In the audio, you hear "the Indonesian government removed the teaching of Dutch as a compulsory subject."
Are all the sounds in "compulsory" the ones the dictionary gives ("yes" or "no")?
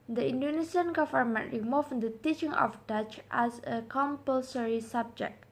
yes